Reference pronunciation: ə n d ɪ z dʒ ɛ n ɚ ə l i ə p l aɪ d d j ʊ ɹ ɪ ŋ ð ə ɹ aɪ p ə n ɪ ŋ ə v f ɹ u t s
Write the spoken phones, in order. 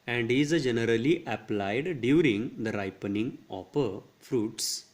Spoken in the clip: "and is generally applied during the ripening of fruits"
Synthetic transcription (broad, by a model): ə n d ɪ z dʒ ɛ n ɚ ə l i ə p l aɪ d d j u ɹ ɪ ŋ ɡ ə ɹ aɪ p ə n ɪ ŋ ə p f ɹ u t s